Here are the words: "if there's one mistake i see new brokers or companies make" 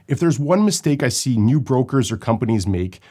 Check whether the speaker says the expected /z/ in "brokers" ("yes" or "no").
yes